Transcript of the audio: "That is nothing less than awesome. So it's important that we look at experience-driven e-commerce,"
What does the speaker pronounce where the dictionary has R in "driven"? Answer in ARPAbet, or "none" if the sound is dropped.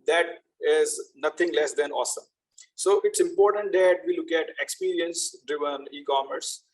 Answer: R